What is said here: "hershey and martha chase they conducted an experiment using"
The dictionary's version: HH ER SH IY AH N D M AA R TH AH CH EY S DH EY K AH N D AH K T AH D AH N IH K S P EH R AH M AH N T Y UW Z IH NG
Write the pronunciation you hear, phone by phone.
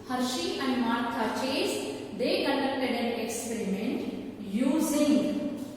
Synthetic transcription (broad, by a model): HH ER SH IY AH N D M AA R T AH CH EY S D EY K AH N D AH K T AH D AH N IH K S P EH R AH M AH N T Y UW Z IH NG